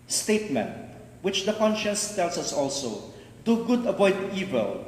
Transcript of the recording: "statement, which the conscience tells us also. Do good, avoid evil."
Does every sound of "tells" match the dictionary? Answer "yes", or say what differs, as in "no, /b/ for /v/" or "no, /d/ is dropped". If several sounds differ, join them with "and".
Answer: no, /s/ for /z/